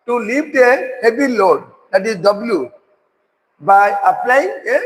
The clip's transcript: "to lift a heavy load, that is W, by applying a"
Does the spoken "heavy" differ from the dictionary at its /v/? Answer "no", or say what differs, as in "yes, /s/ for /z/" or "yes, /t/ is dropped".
yes, /b/ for /v/